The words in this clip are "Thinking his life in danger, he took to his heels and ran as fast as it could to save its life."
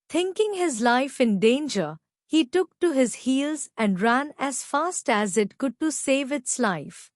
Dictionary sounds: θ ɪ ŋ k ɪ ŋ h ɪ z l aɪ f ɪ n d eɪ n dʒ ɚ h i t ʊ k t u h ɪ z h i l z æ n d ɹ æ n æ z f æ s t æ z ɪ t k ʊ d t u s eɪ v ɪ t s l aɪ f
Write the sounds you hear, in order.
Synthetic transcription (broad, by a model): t ɪ ŋ k ɪ ŋ h ɪ z l aɪ f ɪ n d eɪ n dʒ ɚ h i t ʊ k t u h ɪ z h i l z æ n d ɹ æ n æ z f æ s t æ z ɪ t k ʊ d t u s eɪ v ɪ t s l aɪ f